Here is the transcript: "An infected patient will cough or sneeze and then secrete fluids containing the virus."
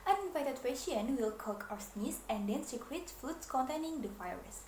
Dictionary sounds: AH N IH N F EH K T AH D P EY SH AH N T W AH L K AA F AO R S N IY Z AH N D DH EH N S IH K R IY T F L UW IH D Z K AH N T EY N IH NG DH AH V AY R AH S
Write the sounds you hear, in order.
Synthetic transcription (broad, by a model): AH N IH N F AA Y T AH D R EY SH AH N W AH L K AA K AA W S N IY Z AH N D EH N S IH K R IY T F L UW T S K AH N T EY N IH NG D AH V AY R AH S